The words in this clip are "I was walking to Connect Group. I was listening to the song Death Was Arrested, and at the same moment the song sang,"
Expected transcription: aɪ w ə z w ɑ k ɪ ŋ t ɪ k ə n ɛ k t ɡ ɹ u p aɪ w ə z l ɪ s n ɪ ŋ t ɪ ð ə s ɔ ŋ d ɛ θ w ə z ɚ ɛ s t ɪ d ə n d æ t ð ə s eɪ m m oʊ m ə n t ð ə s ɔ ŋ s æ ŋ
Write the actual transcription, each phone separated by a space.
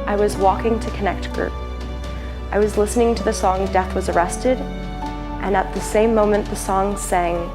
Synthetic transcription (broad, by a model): aɪ w ə z w ɑ k ɪ ŋ t ɪ k ə n ɛ k t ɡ ɹ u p aɪ w ə z l ɪ s n ɪ ŋ t ɪ ð ə s ɔ ŋ d ɛ θ w ə z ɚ ɛ s t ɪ d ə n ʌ t ð ə s eɪ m m oʊ m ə n ð ə s ɔ ŋ s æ ŋ